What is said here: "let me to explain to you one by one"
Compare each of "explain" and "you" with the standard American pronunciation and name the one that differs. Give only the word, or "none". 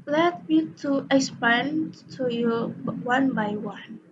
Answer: explain